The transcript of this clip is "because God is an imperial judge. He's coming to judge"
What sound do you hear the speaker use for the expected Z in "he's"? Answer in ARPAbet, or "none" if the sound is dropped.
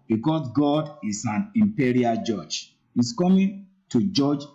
S